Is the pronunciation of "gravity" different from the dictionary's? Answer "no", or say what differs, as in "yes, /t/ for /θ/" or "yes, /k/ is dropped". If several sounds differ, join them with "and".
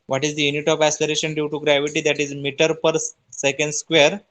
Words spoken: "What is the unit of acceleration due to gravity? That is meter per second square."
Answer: no